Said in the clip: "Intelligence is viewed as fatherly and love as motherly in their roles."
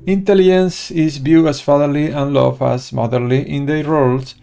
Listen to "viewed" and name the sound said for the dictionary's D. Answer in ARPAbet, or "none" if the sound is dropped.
none